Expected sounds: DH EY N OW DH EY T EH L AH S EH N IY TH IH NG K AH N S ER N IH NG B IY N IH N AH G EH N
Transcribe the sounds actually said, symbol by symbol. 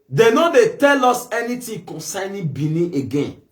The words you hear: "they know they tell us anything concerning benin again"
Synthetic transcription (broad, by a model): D EY N OW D EY T EH L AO S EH N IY T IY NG K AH N S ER N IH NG B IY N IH AH G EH N